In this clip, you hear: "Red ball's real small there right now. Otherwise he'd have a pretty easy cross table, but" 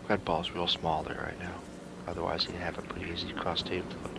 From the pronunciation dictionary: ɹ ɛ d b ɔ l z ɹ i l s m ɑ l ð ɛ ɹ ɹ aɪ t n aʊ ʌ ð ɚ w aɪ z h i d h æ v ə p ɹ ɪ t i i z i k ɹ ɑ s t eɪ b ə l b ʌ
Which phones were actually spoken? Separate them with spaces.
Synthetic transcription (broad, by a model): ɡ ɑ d b ɔ l z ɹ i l s m ɑ l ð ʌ ɹ ɹ aɪ t n aʊ ʌ ð ɚ w aɪ z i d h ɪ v ə p ɹ ɪ t i i z i k ɹ ɑ s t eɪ ə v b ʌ